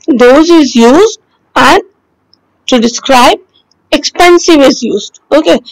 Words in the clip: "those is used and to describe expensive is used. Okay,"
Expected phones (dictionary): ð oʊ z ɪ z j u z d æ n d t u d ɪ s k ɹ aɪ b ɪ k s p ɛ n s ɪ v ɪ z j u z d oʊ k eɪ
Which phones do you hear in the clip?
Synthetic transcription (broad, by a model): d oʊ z ɪ z j u z d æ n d t u d ɪ s k ɹ aɪ b ɪ k s p ɛ n s ɪ v ɪ z j u z d oʊ k eɪ